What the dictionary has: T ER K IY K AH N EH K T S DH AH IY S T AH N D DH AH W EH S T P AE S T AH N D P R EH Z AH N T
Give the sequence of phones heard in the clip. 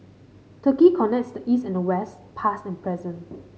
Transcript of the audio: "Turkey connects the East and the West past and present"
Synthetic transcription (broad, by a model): T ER K IY K AH N EH K T S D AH IY S T AH N D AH W EH S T P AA S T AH N P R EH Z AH N